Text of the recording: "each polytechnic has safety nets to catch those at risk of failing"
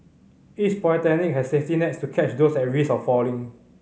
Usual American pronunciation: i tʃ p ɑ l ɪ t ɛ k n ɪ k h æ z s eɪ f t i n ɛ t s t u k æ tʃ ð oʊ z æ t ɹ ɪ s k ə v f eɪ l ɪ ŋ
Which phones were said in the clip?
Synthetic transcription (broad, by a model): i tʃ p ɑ ɪ t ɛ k n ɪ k h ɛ s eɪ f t i n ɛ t s t u k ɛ tʃ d oʊ s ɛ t ɹ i s ə f f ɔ l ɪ ŋ